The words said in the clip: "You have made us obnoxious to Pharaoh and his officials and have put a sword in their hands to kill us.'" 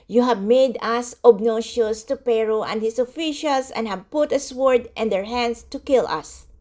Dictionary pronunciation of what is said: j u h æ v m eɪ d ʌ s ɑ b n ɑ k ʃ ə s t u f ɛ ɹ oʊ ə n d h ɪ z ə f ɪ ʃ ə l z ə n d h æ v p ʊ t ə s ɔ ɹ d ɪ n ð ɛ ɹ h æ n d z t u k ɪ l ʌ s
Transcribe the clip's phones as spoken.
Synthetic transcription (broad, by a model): j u h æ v m eɪ d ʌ s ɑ b n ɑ ʃ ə s t u p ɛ ɹ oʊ ə n d h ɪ s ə f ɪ ʃ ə l s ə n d h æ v p ʊ t ə s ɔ ɹ d ɪ n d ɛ ɹ h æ n d s t u k ɪ l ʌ s